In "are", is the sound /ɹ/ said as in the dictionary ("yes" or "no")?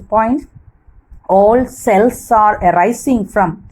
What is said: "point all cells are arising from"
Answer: yes